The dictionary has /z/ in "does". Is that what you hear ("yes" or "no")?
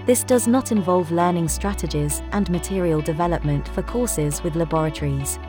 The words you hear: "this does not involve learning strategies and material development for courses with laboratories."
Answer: yes